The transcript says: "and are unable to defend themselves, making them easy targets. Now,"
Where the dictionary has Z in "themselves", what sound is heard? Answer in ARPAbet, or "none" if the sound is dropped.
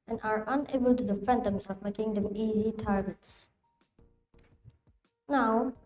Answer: none